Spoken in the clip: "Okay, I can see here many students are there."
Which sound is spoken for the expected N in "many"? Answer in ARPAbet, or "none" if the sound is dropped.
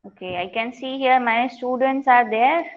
none